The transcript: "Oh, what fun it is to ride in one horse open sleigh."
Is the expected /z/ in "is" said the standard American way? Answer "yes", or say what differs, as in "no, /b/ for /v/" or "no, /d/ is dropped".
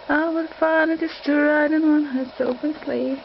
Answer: no, /s/ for /z/